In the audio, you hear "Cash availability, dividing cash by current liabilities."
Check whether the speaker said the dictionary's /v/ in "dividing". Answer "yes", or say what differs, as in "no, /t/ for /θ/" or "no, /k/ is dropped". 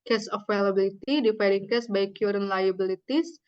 no, /f/ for /v/